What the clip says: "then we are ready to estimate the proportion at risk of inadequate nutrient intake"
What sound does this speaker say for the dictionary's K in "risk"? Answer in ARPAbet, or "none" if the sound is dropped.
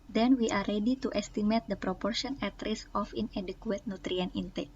none